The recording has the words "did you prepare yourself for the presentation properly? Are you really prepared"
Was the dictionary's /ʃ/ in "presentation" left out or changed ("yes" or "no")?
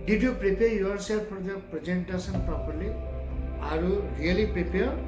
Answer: yes